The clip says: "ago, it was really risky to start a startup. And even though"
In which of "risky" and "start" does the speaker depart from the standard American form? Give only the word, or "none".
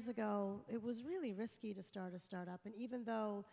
none